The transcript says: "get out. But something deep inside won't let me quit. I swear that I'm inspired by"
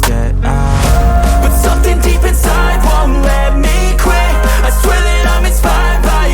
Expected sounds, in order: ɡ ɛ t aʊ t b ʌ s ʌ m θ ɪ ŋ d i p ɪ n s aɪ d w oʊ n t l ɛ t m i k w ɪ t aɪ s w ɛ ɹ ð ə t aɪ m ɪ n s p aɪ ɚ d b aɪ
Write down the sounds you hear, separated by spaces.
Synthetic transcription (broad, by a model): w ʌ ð s ʌ m θ ɪ ŋ d i p ɪ n s aɪ d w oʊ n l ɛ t m i k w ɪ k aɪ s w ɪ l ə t aɪ m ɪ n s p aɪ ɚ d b aɪ